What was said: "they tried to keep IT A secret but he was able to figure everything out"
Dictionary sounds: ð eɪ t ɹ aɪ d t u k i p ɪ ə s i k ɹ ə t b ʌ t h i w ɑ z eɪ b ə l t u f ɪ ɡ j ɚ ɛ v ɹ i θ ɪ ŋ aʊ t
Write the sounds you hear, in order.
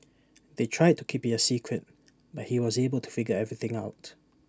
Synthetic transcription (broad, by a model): ð eɪ t ɹ aɪ d t u k i p ɪ ə s i k ɹ ə t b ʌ t h i w ɑ z eɪ b ə l t u f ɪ ɡ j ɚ ɛ v ɹ i θ ɪ ŋ aʊ t